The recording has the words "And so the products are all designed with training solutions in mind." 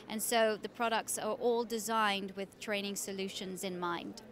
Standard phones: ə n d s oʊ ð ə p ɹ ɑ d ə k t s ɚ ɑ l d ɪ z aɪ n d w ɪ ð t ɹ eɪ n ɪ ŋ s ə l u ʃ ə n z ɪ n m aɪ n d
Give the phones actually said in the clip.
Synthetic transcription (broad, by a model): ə n s oʊ ð ə p ɹ ɑ d ə k t s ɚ ɑ l d ɪ z aɪ n d w ɪ ð t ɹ eɪ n ɪ ŋ s ə l u ʃ ə n z ɪ n m aɪ n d